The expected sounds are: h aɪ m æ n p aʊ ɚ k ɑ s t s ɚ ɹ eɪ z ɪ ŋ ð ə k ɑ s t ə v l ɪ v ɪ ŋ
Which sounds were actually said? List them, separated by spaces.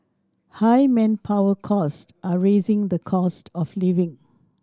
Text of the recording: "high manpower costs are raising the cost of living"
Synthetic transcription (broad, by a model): h aɪ m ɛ n p aʊ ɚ k ɑ s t ɚ ɹ eɪ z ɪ ŋ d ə k ɑ s t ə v l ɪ v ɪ ŋ